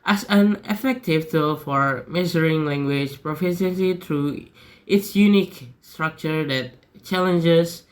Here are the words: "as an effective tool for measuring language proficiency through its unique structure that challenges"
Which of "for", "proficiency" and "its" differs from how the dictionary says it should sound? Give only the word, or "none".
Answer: proficiency